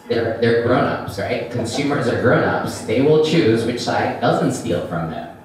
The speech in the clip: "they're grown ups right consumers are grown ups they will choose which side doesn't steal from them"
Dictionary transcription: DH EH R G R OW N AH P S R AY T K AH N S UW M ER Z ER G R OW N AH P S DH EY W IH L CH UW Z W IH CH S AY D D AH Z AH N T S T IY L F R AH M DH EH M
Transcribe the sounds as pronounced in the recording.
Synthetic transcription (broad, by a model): DH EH R G R OW N AH P S R AY T K AH N S UW M ER Z ER G R OW N AH P S DH EY W IH L CH UW Z W IH CH S AY D D AH Z AH N T S T IY L F R AH M DH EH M